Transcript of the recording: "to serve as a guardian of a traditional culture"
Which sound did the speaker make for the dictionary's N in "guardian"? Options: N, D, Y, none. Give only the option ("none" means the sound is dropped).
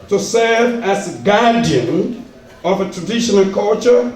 N